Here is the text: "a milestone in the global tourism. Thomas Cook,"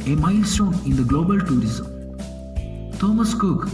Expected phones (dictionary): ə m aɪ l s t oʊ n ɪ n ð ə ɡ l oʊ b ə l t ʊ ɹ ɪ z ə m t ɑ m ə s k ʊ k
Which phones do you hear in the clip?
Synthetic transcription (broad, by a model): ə m aɪ l s t oʊ n ɪ n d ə ɡ l oʊ b ə l t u ɹ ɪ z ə m t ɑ m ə s k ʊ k